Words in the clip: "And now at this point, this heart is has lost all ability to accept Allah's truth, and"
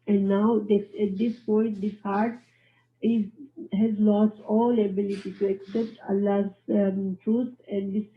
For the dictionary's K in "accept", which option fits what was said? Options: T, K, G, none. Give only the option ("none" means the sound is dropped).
K